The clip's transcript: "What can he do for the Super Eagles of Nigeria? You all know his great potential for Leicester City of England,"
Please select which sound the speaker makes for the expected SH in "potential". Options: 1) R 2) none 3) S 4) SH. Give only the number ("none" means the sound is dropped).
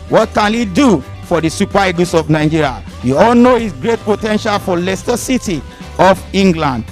4